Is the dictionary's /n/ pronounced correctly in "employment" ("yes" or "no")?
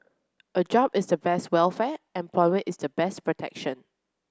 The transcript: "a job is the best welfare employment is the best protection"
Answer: no